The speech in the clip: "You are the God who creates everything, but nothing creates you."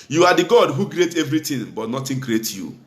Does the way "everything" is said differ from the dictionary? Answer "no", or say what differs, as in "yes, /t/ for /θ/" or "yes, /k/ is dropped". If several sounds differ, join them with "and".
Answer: yes, /t/ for /θ/